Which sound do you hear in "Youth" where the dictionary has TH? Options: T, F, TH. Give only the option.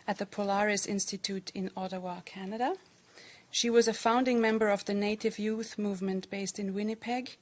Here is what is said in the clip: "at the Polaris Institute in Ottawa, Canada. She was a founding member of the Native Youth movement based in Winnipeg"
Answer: TH